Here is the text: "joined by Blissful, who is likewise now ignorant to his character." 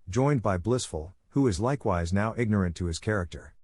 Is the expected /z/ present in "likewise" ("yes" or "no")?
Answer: yes